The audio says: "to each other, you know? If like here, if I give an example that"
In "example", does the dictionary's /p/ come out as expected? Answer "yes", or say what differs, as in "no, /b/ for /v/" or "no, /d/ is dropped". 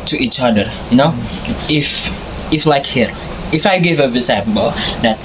no, /b/ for /p/